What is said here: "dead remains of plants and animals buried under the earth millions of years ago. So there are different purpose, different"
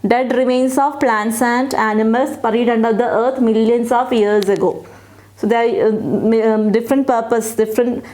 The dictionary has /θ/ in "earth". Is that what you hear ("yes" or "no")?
no